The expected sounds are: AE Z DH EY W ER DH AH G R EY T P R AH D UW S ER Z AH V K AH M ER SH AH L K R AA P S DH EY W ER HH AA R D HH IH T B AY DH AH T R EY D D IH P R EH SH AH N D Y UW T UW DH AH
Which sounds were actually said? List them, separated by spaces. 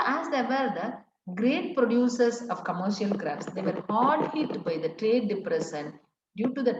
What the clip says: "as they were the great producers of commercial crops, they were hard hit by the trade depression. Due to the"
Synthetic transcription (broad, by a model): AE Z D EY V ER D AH G R EY T P R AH D UW S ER S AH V K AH M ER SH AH L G R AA F S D EY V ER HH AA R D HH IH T B AY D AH T R EY D D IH P R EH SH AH N D Y UW T UW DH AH